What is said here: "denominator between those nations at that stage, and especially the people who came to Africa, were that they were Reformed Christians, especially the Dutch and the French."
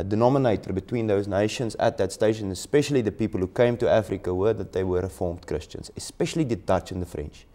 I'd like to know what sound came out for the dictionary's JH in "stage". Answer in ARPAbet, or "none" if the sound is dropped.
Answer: SH